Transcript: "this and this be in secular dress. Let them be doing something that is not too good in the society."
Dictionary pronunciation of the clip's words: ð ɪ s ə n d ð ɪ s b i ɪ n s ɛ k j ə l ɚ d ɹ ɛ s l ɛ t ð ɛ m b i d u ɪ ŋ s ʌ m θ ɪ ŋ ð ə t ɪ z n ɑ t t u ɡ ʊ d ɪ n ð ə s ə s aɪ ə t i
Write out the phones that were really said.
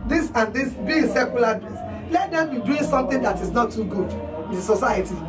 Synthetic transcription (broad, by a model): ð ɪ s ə n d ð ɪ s b i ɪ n s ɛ k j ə l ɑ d ɛ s l ɛ t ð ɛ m b i d u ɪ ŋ s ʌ m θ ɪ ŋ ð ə t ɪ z n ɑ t t u ɡ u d ɪ n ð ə s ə s aɪ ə t i